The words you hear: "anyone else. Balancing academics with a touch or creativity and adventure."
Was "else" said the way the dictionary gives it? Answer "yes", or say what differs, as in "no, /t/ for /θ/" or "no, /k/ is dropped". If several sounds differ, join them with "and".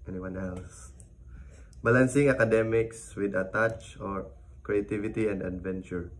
yes